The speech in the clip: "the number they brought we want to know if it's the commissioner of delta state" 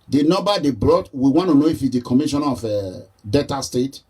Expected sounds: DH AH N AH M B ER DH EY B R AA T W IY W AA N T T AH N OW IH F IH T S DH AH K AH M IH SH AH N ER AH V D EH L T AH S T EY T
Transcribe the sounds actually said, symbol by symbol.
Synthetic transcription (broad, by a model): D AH N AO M B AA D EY B R AA T W IY W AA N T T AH N OW IH F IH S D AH K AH M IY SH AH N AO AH D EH T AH S T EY T